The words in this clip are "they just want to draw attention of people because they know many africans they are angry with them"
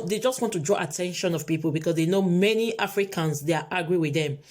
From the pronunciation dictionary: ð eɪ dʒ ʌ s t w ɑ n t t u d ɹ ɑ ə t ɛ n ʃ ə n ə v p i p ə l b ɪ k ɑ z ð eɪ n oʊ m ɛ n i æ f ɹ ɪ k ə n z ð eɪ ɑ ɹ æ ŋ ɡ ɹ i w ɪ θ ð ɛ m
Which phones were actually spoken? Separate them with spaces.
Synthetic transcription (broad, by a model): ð eɪ dʒ ʌ s t w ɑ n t t u d ɹ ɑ ə t ɛ n ʃ ə n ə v p i p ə l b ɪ k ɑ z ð eɪ n oʊ m ɛ n i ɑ f ɹ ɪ k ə n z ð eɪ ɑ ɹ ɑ ɡ ɹ i w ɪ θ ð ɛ m